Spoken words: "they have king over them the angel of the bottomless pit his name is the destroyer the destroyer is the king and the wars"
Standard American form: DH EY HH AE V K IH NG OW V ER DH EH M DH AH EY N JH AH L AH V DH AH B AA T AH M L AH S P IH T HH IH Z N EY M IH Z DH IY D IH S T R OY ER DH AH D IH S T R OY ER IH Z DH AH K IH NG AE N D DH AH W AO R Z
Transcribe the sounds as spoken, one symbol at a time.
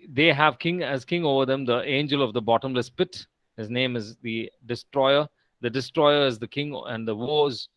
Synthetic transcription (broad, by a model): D EY HH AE V K IH NG OW V ER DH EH M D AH EY N JH AH L AH V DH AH B AA T AH M L AH S P IH T HH IH Z N EY M IH Z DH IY D IH S T R OY ER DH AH D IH S T R OY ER IH Z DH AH K IH NG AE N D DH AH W AO Z